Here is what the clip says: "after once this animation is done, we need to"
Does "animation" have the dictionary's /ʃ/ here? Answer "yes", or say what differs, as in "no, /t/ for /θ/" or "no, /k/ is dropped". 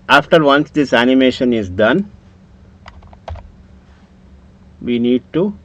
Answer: yes